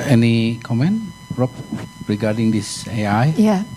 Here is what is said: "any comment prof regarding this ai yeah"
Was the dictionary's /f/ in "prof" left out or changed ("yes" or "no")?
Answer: yes